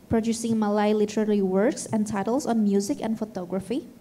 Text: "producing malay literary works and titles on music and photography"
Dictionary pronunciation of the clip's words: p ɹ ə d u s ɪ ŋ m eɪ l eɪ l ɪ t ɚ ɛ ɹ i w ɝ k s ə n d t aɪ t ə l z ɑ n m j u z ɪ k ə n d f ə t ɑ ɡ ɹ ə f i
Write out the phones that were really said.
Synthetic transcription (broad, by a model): p ɹ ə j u s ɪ ŋ m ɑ l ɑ l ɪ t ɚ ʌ l i w ɝ k s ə n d t aɪ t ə l s ɑ n m j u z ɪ k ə n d f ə t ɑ ɡ ɹ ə f i